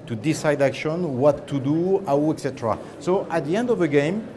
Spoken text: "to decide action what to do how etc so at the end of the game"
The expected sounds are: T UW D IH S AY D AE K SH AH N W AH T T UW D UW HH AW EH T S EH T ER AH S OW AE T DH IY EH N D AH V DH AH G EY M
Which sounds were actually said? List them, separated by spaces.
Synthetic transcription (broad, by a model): T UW D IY S AY D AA K SH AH N W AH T T UW D UW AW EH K S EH T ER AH S OW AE T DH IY EH N D AH V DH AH G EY M